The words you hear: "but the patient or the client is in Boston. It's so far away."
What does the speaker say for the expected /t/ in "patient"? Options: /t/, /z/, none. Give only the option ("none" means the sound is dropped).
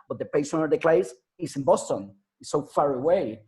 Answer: none